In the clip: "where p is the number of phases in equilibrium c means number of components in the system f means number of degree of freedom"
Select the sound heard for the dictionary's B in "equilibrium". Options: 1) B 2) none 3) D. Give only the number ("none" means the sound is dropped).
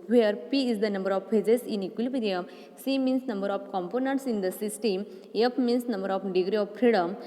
2